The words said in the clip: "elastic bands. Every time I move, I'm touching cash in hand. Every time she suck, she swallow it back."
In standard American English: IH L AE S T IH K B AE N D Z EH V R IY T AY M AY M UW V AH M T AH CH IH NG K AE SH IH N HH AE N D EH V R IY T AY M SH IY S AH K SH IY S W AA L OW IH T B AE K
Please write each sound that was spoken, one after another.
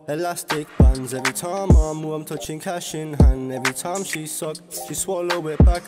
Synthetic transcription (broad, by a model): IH L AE S T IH K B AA N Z EH V R IY T AY M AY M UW AH M T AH CH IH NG K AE SH IH N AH N EH V R IY T AY M SH IY S AH K SH IY S W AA L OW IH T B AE K